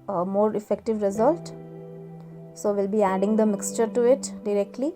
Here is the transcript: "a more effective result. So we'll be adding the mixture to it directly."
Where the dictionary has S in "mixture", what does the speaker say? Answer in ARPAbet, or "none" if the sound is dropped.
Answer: S